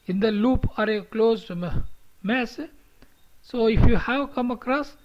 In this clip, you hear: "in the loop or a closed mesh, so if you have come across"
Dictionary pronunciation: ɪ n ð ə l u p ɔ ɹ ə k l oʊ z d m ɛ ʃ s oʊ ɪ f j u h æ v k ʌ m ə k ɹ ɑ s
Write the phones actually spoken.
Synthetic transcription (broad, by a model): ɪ n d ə l u p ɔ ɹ ə k l oʊ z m m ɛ s s oʊ ɪ f j u h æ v k ʌ m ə k ɹ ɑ s